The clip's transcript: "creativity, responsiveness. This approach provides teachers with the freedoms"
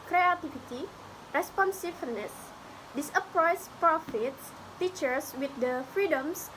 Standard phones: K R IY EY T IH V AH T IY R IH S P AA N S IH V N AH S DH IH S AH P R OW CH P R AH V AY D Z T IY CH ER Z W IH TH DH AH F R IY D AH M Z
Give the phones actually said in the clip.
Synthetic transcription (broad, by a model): K R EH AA T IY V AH T IY R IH S P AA N S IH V N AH S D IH S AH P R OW S P R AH F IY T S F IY CH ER S W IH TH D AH F R IY D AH M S